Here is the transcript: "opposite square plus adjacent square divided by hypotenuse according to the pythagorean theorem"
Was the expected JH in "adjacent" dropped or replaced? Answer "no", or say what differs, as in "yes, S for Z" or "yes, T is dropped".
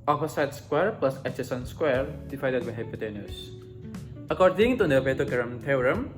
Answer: yes, CH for JH